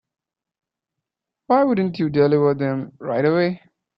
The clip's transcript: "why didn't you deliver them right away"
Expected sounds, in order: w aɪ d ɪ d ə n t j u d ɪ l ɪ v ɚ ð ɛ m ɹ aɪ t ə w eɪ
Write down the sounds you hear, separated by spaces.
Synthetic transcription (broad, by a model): w aɪ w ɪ d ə n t j u d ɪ l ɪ w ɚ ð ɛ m ɹ aɪ t ə w eɪ